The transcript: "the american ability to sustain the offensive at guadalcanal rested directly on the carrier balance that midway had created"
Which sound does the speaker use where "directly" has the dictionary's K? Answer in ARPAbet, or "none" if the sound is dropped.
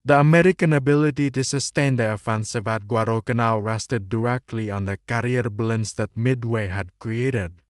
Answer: K